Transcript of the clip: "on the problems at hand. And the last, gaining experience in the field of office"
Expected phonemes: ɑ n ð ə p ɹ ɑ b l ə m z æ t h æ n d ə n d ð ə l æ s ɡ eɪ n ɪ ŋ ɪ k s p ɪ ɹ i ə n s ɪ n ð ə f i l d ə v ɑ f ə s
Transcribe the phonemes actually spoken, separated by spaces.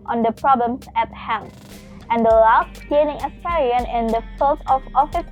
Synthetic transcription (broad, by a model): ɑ n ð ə p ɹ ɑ b l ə m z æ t h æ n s ə n d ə l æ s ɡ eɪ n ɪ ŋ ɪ s ɪ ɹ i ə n ɪ n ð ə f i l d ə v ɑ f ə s